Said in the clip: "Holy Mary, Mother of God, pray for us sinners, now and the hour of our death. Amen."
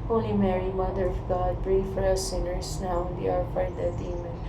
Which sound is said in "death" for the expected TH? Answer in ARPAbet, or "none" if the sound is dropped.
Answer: T